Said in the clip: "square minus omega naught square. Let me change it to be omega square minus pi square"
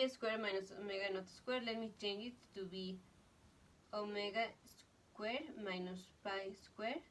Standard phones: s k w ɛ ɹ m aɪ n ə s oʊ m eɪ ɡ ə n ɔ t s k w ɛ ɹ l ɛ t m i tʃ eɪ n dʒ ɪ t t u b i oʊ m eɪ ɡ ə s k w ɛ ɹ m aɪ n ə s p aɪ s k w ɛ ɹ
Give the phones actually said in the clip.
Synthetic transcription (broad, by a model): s k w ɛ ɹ m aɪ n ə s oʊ m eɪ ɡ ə n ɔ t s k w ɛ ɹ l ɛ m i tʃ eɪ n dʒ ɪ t t u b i oʊ m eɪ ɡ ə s k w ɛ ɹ m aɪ n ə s p aɪ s k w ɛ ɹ